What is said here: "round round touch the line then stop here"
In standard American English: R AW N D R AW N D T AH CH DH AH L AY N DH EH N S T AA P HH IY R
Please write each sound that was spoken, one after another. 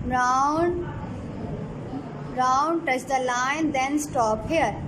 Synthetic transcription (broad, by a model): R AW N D R AW N D T AH CH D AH L AY N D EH N S T AA P HH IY R